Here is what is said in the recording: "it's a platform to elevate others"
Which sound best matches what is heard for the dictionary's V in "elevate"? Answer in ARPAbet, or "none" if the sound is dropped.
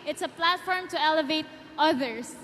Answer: V